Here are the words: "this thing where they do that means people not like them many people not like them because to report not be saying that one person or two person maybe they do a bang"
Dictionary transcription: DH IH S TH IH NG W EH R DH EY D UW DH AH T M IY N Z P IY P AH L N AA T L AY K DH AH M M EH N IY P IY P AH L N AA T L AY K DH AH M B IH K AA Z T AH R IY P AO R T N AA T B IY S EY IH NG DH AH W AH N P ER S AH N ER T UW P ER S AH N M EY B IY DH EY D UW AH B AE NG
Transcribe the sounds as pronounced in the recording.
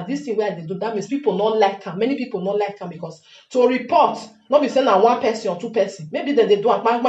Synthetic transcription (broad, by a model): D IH S T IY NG W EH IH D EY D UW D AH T M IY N S P IY P AH L N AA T L AY K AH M M EH N IY P IY P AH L N AA T L AY K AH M B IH K AA S T AH R IY P AO T N AA T B IY S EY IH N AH W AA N P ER S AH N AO T UW P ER S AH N M EY B IY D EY D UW AH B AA